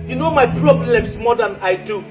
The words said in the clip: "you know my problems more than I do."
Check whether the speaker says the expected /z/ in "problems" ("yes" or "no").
no